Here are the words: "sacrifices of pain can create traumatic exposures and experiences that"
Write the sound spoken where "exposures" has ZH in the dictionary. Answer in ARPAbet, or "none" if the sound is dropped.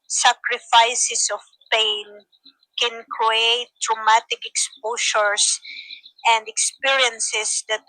SH